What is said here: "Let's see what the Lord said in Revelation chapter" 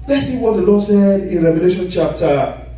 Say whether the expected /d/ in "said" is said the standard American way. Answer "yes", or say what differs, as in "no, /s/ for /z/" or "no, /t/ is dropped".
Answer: yes